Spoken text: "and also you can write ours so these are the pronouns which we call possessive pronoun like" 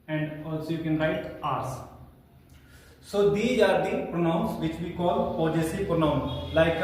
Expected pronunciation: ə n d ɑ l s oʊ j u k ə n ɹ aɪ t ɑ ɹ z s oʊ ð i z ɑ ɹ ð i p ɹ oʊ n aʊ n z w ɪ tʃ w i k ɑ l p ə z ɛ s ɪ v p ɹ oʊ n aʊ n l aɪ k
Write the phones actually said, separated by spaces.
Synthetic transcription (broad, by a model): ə n d ɑ l s oʊ j u k ə n ɹ aɪ t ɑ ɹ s s oʊ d i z ɑ ɹ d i p ɹ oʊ n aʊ n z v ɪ tʃ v i k ɑ l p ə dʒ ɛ s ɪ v p ɹ oʊ n aʊ n l aɪ k